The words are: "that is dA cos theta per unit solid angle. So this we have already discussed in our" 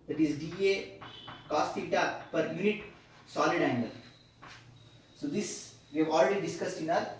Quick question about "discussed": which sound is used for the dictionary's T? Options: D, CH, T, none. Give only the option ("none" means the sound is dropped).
T